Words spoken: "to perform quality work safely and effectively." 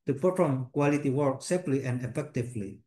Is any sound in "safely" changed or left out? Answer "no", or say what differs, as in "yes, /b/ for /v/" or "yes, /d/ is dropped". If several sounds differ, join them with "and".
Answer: yes, /p/ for /f/